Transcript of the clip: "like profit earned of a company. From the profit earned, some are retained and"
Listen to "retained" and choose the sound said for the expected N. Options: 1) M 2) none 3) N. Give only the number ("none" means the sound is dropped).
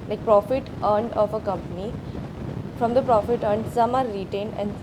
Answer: 3